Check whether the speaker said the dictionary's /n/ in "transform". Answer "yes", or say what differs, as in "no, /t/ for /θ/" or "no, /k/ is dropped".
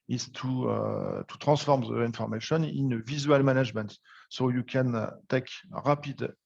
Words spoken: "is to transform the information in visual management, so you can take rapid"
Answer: no, /n/ is dropped